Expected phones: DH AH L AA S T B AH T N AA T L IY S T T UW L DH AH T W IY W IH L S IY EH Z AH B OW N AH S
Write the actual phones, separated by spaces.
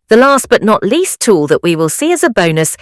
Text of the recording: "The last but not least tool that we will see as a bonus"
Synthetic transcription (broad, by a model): DH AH L AA S T B AH T N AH T L IY S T T UW L DH AH T W IY W IH L S IY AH Z AH B OW N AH S